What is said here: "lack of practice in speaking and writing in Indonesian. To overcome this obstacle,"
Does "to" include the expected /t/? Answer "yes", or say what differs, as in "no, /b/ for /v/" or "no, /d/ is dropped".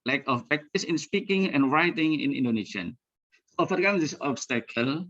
no, /s/ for /t/